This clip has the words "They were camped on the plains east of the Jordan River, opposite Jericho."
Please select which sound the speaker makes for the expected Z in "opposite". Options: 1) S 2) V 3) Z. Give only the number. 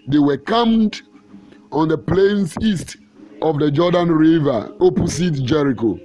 1